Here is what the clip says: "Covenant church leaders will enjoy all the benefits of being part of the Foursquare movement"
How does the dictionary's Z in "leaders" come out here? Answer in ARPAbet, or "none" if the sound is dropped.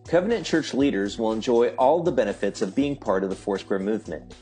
Z